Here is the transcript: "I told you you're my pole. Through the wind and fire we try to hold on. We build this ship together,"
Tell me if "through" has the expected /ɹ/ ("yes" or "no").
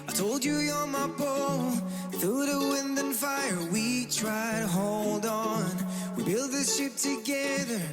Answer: no